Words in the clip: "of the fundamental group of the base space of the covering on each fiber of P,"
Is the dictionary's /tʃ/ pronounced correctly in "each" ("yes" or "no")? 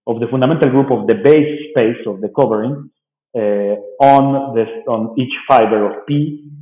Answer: yes